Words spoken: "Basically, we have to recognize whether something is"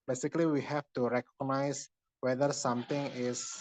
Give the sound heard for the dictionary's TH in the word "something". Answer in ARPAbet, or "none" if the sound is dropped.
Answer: T